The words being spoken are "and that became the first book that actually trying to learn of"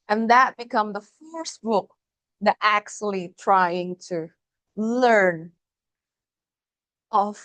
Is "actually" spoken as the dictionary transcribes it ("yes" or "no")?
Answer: yes